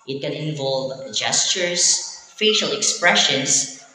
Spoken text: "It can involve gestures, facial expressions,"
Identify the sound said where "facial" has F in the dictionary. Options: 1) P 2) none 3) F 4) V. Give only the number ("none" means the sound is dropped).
3